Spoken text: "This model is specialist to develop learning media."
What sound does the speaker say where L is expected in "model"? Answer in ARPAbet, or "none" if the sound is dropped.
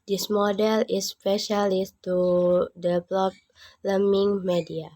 L